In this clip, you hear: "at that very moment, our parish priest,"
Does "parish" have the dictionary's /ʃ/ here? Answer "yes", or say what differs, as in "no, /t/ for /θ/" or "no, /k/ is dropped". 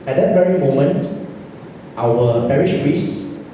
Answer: yes